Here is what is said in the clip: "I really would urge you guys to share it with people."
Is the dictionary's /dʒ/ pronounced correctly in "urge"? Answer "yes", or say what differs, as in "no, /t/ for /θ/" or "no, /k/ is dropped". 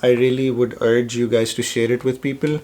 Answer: yes